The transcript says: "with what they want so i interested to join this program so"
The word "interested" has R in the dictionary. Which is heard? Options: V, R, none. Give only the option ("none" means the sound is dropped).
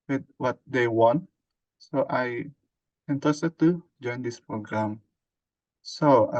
none